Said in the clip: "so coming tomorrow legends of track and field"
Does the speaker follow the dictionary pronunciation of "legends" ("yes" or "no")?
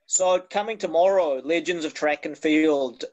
yes